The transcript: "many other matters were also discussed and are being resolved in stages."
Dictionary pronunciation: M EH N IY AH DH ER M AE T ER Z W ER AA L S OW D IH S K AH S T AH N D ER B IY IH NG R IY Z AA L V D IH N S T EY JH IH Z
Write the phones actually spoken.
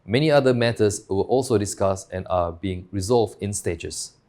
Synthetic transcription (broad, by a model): M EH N IY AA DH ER M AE T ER S W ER AA L S OW D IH S K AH S AH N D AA B IY IH NG R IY Z AA L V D IH N S T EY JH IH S